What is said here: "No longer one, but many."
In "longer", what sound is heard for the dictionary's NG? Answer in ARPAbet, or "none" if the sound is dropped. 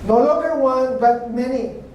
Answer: none